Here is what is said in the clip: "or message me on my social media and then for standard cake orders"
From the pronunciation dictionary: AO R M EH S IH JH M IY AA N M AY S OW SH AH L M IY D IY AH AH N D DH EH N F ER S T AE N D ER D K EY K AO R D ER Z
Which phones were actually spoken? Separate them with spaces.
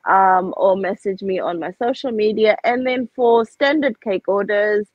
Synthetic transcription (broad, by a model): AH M M EH S IH JH M IY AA N M AY S OW SH AH L M IY D IY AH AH N DH EH N F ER S T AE N D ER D K EY K AO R D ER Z